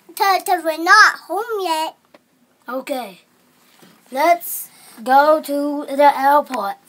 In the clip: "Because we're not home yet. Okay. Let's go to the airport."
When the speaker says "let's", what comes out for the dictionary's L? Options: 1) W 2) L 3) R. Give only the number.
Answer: 2